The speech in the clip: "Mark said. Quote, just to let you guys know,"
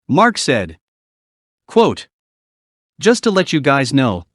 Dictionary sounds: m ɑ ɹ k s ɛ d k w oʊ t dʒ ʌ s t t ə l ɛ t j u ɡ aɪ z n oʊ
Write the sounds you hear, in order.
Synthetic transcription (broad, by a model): m ɑ ɹ k s ɛ d k w oʊ t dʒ ʌ s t t ə l ɛ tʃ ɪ ɡ aɪ z n oʊ